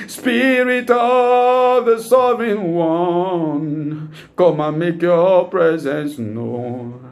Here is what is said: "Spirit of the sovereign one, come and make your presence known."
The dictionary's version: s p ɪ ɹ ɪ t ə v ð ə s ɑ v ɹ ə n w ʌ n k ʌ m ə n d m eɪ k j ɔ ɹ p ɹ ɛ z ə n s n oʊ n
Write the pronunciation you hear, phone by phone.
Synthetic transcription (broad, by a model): s p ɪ ɹ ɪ t ə v ð ə s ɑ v ə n w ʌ n k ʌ m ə m eɪ k j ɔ p ɹ ɛ z ə n s n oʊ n